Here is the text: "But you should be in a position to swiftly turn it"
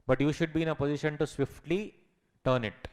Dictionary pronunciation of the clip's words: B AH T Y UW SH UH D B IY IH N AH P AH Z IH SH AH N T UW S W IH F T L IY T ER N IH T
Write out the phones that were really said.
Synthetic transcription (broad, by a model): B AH T Y UW SH UH D B IY IH N AH P AH Z IH SH AH N T UW S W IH F T L IY T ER N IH T